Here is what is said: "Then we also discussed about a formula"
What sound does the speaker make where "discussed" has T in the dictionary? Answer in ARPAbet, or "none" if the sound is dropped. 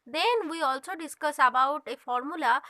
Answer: none